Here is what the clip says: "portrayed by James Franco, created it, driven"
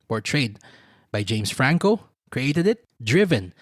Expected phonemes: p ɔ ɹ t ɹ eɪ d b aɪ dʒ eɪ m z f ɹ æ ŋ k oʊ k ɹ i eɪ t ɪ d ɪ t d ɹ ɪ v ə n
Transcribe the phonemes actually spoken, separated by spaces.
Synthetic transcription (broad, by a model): p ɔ ɹ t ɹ eɪ d b aɪ dʒ eɪ m s f ɹ æ ŋ k oʊ k ɹ i eɪ t ɪ d ɪ t d ɹ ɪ v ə n